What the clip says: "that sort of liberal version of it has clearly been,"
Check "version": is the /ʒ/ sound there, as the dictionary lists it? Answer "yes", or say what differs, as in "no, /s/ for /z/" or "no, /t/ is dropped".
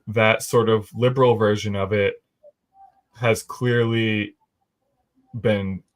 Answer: yes